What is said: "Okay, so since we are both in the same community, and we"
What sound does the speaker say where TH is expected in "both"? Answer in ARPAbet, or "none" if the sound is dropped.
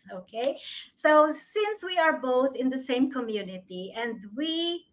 TH